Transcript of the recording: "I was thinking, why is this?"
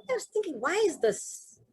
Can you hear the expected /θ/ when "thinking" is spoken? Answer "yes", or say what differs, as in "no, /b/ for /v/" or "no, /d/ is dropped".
yes